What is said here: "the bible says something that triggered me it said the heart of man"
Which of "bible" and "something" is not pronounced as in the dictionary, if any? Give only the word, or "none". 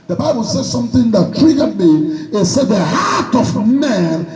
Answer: none